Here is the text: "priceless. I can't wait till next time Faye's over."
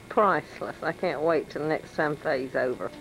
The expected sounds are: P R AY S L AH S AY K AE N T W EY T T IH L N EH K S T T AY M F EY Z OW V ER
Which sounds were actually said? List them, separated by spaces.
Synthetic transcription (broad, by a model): P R AY S L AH S AY K AE N T W EY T T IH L N EH K S T S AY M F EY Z OW V ER